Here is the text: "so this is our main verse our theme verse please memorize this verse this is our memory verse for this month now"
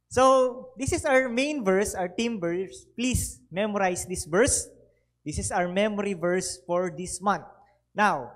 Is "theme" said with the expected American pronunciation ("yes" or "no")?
no